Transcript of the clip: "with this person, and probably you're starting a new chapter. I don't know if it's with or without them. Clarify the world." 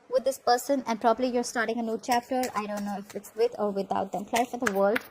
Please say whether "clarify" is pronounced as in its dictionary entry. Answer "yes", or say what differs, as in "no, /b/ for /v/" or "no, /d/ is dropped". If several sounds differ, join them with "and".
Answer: no, /ɹ/ is dropped